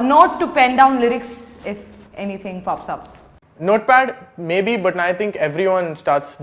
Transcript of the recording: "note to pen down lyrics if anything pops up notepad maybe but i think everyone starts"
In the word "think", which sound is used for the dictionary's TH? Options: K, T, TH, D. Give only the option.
T